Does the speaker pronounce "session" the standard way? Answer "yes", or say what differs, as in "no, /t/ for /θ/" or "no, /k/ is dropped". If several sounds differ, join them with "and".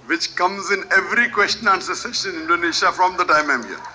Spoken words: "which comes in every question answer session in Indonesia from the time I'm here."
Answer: no, /s/ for /ʃ/